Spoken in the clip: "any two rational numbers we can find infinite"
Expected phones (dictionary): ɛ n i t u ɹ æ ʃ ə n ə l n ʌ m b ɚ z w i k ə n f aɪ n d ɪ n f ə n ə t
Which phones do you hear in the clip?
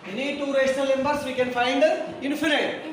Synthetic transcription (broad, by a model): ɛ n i t u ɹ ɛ s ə l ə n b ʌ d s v i k ə n f aɪ n d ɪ n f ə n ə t